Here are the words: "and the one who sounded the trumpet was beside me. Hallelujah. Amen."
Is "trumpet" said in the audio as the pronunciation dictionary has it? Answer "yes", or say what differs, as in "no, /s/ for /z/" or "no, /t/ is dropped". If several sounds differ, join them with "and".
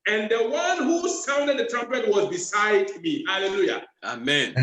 yes